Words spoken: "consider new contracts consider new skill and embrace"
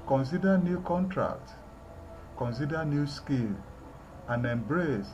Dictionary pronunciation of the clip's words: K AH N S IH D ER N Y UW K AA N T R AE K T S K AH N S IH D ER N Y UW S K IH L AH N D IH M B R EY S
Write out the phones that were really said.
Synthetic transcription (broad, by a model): K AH N S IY D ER N Y UW K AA N T R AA K T K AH N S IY D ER N Y UW S K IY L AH N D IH M B R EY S